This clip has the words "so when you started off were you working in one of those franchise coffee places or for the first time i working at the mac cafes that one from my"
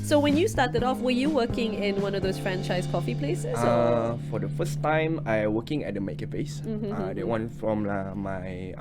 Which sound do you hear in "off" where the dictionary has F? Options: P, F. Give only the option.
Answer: F